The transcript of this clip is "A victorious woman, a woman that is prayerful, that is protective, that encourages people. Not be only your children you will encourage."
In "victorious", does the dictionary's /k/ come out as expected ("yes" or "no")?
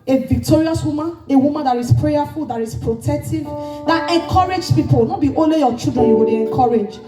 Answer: yes